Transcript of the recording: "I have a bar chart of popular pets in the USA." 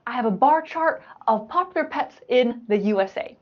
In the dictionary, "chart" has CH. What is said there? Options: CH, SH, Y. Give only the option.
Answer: CH